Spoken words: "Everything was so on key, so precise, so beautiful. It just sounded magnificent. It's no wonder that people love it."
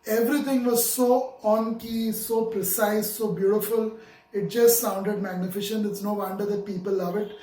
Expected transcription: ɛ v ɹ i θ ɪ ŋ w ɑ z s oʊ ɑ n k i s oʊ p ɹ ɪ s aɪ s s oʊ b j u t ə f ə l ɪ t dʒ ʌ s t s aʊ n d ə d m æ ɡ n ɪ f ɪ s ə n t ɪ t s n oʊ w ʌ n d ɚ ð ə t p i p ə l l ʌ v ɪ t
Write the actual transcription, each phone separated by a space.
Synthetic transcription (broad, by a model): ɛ v ɹ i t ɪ ŋ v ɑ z s oʊ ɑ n k i s oʊ p ɹ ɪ s aɪ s s oʊ b j u t ə f ə l ɪ t dʒ ʌ s t s aʊ n d ə d m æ ɡ n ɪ f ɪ ʃ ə n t ɪ t s n oʊ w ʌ n d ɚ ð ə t p i p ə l l ʌ v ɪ t